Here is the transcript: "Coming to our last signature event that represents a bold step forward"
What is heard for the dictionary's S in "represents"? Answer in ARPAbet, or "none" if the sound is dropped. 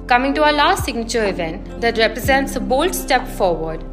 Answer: S